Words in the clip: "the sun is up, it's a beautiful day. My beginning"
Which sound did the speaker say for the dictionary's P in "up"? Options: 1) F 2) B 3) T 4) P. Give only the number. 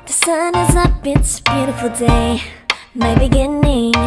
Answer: 2